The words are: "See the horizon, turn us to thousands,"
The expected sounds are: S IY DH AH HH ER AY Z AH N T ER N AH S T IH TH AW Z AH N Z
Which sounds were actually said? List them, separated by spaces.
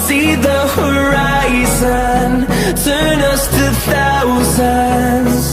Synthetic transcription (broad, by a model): S IY DH AH HH ER AY Z AH N T ER N AH S T IH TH AW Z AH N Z